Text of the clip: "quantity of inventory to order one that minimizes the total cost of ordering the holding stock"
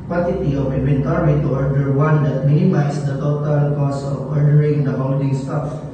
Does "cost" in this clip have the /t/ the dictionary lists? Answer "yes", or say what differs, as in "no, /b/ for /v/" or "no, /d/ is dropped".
no, /t/ is dropped